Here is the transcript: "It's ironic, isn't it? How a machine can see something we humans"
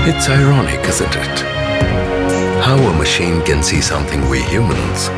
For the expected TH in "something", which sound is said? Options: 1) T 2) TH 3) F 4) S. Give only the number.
2